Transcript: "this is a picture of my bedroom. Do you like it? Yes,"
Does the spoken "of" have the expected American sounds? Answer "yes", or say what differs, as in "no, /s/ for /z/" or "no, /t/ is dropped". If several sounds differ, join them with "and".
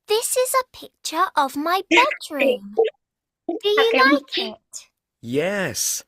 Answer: yes